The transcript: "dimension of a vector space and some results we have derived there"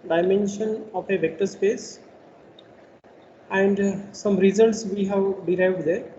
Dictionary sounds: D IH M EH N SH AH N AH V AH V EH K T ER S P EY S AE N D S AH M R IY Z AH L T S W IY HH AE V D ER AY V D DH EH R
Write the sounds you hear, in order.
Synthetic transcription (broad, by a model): D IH M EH N SH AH N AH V AH V EH K T ER S P EY S AE N D S AH M R IY Z AH L T S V IY HH AE V D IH AY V D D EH R